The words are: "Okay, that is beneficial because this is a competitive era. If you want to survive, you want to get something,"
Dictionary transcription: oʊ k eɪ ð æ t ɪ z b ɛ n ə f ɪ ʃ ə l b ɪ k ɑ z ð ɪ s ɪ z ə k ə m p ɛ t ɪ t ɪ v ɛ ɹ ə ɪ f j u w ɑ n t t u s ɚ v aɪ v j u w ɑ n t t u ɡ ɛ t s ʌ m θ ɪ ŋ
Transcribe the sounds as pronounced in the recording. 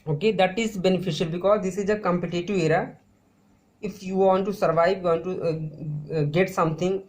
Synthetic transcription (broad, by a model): oʊ k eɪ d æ t ɪ z b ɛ n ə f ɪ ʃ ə l b ɪ k ɑ z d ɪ s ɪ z ə k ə m p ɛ t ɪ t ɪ i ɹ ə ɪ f j u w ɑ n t t u s ɚ v aɪ v j u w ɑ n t t u ɡ ɛ t s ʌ m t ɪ ŋ